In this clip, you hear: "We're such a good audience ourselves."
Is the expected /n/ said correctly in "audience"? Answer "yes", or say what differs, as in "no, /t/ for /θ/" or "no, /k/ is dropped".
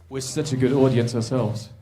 yes